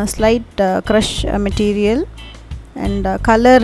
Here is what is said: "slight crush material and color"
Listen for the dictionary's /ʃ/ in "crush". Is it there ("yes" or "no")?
yes